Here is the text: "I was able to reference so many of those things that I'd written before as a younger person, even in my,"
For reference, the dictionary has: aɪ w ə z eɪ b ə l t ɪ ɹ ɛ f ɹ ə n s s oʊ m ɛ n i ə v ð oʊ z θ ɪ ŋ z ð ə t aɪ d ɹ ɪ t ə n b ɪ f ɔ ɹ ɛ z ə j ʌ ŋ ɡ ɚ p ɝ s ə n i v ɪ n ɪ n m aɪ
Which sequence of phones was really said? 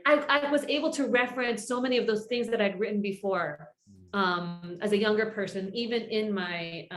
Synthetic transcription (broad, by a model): aɪ w ə z eɪ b l t ɪ ɹ ɛ f ɹ ə n s s oʊ m ɛ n i ə v ð oʊ z θ ɪ ŋ z ð ə t aɪ d ɹ ɪ t n b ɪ f ɔ ɹ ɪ z ə j ʌ ŋ ɡ ɚ p ɝ s ə n i v ɪ n ɪ n m aɪ